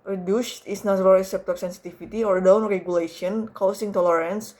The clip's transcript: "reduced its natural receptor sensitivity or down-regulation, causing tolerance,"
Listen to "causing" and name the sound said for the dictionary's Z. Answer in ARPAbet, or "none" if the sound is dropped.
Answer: S